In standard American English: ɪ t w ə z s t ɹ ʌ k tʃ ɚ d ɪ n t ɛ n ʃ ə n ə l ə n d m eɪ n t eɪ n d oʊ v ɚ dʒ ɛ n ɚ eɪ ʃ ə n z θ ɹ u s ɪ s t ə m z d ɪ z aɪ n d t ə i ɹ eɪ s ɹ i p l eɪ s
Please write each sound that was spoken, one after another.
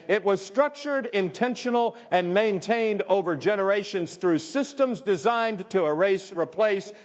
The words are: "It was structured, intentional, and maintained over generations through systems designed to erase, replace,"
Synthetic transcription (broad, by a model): ɪ t w ə z s t ɹ ʌ k tʃ ɚ d ɪ n t ɛ n ʃ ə n l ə n m eɪ n t eɪ n d oʊ v ɚ dʒ ɛ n ɚ eɪ ʃ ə n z θ ɹ u s ɪ s t ə m z d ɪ z aɪ n t ə ɹ eɪ s ɹ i p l eɪ s